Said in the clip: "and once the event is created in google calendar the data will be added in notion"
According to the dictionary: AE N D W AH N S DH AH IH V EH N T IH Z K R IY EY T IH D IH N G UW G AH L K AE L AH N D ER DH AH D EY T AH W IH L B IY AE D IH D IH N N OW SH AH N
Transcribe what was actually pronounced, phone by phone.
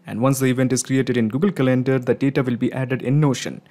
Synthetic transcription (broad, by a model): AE N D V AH N S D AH IH V EH N T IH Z K R IY EY T IH D IH N G UW G AH L K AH L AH N D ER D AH D EY T AH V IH L B IY AE D IH D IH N N OW SH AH N